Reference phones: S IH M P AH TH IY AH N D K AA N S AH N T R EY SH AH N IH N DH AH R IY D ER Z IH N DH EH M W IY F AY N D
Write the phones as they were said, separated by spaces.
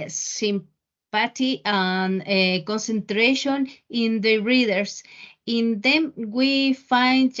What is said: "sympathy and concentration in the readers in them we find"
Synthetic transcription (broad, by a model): S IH M P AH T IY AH N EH K AA N S AH N T R EY SH AH N IH N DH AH R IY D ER S IH N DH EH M W IY F AY N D